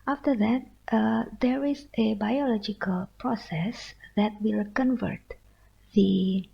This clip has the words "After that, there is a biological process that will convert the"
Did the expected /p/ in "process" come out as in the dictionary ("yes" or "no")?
yes